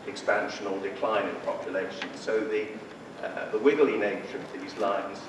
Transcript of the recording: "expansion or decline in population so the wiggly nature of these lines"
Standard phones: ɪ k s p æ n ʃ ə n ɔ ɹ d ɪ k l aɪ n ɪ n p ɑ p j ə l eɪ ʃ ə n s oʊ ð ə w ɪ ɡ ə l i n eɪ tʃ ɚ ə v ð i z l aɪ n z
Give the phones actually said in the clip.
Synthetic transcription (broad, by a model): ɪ k s p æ n ʃ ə n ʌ l d ɪ k l aɪ n ɪ n p ɑ p j ə l eɪ ʃ ə n s oʊ ð ə w ɪ ɡ ə l i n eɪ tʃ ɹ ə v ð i z l aɪ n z